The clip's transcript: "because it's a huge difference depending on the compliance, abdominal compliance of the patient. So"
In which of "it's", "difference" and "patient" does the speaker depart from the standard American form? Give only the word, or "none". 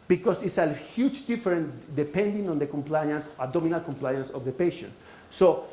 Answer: difference